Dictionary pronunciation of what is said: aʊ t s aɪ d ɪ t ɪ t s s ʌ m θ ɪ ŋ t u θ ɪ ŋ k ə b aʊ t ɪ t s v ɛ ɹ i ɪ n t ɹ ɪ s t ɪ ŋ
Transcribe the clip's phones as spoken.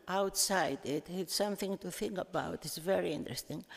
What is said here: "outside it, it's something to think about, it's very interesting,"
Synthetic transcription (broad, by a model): aʊ t s aɪ d ɪ t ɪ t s s ʌ m θ ɪ ŋ t u θ ɪ ŋ k ə b aʊ t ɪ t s v ɛ ɹ i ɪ n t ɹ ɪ s t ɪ ŋ